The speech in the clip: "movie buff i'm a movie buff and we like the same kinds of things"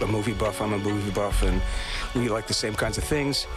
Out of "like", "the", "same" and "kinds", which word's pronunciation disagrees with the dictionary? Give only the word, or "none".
none